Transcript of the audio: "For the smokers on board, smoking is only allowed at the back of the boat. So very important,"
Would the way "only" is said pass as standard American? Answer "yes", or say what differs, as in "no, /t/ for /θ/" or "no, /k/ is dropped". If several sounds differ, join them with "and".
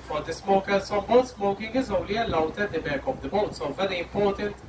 yes